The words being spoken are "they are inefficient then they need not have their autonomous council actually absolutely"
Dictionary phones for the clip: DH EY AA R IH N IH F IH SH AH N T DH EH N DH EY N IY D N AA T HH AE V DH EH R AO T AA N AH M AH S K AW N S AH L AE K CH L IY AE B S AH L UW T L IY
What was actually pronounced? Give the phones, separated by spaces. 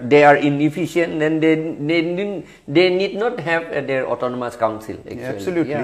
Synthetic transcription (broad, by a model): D EY AA R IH N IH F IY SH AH N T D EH N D EY N IY D N AA T HH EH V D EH R AO T AA N AH M AH S K AW N S AH L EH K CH IY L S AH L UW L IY